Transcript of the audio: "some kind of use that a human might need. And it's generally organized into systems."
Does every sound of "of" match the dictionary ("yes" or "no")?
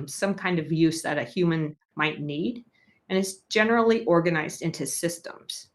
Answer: yes